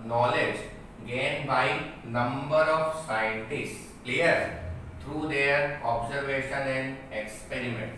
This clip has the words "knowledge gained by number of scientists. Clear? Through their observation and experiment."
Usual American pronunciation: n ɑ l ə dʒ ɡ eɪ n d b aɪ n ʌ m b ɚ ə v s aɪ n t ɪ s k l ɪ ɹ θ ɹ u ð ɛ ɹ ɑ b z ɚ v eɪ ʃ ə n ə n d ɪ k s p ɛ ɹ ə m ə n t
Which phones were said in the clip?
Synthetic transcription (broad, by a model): n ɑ l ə dʒ ɡ eɪ n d b aɪ n ʌ m b ɚ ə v s aɪ n t ɪ s k l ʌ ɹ t ɹ u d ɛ ɹ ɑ b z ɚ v eɪ ʃ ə n ə n d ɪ k s p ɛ ɹ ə m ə n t